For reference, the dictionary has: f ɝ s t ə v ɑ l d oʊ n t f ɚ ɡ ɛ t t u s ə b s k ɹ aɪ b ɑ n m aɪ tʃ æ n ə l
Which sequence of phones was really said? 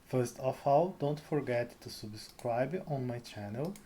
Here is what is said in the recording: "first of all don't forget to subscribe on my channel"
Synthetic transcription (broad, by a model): f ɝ s t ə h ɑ w d oʊ n t f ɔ ɡ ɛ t t u s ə b s k ɹ aɪ b ɑ n m aɪ tʃ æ n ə l